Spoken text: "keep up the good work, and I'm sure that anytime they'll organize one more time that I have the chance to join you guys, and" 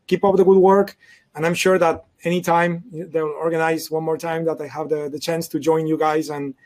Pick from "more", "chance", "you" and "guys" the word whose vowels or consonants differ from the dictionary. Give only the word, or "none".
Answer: none